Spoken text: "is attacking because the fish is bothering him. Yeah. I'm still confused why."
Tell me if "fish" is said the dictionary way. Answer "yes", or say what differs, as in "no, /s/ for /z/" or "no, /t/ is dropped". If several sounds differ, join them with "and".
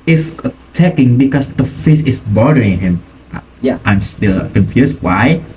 no, /s/ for /ʃ/